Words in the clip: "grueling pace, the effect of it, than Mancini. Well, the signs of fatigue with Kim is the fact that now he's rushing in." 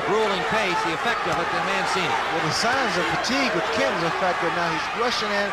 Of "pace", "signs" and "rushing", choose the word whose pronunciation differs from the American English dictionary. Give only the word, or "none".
none